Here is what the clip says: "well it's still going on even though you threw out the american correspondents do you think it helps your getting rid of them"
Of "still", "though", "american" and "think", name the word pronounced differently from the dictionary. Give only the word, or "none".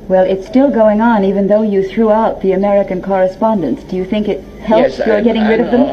none